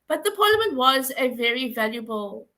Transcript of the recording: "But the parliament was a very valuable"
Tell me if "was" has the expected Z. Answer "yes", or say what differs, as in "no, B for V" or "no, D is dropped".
yes